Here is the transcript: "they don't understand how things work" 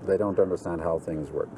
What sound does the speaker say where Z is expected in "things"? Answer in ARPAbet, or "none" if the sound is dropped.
Z